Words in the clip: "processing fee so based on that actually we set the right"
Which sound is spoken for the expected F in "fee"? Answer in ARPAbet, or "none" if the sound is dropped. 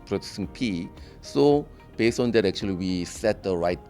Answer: P